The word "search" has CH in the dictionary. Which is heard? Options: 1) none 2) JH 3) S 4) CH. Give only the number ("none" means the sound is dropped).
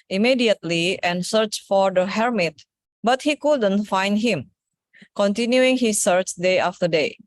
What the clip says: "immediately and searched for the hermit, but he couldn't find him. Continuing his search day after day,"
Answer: 4